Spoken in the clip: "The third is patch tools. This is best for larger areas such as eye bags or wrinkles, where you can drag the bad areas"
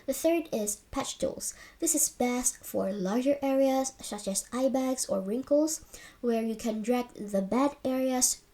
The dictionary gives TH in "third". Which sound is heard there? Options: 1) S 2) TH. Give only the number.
2